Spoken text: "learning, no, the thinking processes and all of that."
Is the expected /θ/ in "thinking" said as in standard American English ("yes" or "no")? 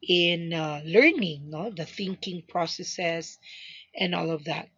yes